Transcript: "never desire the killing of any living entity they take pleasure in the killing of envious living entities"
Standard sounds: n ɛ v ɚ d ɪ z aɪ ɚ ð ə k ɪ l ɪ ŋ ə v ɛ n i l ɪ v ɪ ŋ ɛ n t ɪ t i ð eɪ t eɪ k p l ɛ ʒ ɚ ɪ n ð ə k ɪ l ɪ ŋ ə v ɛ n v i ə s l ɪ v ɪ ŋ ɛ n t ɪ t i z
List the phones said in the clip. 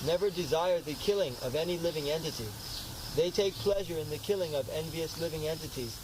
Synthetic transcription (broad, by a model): n ɛ v ɚ d ɪ z aɪ ɚ ð ə k ɪ l ɪ ŋ ə v ɛ n i l ɪ v ɪ ŋ ɛ n t ɪ t i ð eɪ t eɪ k p l ɛ ʒ ɚ ɪ n ð ə k ɪ l ɪ ŋ ə v ɛ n v i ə s l ɪ v ɪ ŋ ɛ n t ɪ t i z